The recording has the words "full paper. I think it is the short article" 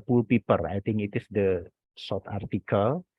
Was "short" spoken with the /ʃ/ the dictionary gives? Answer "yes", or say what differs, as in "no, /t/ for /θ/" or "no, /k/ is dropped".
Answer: no, /s/ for /ʃ/